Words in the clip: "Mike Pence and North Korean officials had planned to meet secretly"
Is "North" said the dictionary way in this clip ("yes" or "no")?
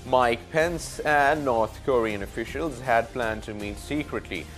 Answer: no